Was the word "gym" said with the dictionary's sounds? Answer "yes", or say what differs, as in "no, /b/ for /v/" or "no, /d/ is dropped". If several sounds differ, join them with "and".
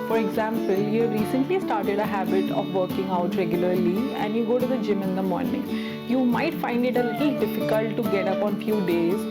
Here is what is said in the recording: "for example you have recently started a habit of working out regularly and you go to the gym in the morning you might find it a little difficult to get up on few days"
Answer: yes